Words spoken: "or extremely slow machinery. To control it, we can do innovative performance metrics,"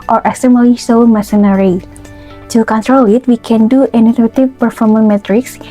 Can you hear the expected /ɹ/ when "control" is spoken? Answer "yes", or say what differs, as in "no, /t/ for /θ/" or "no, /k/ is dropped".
yes